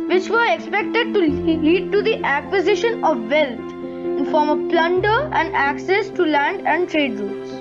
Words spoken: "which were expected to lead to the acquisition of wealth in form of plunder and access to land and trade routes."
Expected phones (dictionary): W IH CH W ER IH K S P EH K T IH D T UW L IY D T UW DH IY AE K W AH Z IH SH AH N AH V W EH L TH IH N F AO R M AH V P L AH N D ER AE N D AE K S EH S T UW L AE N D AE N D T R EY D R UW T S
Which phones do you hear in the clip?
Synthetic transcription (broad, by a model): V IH CH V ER IH K S P EH K T IH D T UW L IY D T UW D IY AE K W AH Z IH SH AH N AH V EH L T IH N F AO R M AH V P L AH N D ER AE N D AE K S EH S T UW L AE N D AE N D T R EY D R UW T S